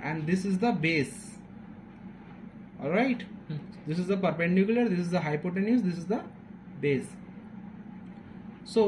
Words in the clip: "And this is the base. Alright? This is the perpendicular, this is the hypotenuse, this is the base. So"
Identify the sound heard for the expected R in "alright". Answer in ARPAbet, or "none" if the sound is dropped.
R